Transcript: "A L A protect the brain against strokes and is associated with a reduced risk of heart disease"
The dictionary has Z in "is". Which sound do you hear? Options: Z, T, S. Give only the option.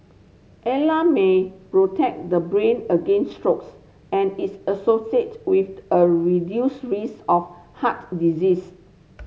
S